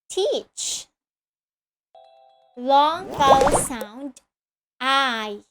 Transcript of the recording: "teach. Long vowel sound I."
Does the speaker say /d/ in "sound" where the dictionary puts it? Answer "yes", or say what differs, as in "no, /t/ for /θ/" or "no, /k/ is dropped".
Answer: yes